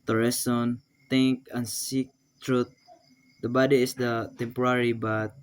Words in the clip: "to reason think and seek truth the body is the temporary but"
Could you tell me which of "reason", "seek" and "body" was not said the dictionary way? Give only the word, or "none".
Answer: reason